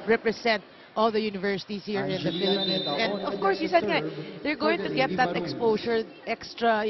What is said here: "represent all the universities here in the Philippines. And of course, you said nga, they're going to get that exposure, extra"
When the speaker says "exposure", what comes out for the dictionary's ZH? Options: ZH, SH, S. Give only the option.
S